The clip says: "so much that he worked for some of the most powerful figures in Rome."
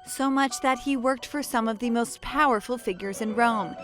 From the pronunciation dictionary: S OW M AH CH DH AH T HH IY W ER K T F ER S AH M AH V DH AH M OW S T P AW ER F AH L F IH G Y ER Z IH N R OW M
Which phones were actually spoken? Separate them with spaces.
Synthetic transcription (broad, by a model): S OW M AH CH DH AH T HH IY W ER K T F ER S AH M AH V DH AH M OW S T P AW ER F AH L F IH G Y ER Z IH N R OW M